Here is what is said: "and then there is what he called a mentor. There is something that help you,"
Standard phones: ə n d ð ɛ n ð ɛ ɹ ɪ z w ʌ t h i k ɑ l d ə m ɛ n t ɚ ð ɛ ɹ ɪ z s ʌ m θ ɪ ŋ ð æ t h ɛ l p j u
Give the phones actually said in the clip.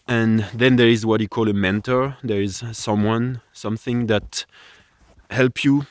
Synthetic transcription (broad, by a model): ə n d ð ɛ n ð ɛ ɹ ɪ z w ʌ t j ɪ k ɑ l ə m ɛ n t ɚ ð ɛ ɹ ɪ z s ʌ m θ ɪ ŋ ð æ t h ɛ l p j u